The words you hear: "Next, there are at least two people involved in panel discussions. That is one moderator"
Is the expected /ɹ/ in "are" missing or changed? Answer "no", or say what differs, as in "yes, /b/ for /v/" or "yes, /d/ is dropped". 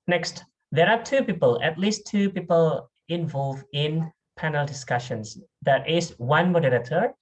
yes, /l/ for /ɹ/